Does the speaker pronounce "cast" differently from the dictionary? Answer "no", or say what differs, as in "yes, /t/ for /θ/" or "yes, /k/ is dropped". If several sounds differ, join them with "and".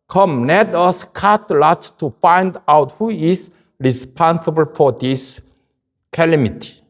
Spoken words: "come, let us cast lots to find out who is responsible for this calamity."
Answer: yes, /s/ is dropped